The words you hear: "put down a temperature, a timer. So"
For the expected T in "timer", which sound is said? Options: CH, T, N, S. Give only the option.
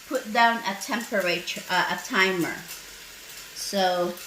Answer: T